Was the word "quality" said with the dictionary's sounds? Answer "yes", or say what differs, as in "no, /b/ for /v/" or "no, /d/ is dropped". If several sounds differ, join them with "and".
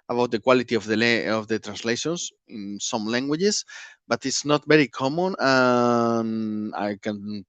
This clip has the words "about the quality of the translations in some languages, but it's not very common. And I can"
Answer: yes